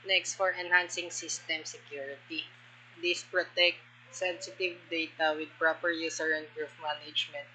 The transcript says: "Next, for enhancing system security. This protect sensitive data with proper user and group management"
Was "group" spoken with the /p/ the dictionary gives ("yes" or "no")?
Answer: no